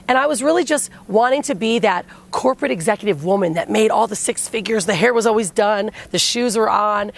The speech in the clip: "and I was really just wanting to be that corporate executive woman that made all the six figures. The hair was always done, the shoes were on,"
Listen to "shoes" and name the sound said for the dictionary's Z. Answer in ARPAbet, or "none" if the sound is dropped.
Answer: Z